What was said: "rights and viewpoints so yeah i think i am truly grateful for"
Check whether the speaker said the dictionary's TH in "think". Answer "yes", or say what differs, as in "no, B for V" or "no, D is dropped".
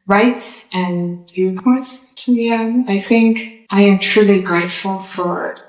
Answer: yes